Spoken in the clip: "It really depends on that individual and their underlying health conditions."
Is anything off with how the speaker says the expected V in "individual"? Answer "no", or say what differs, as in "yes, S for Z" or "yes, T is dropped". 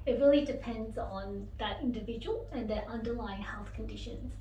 no